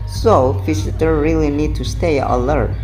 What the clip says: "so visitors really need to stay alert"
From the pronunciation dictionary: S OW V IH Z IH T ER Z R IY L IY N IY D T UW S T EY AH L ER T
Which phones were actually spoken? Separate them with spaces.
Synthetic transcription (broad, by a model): S OW F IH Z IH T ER R IY L IY N IY D T UW S T EY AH L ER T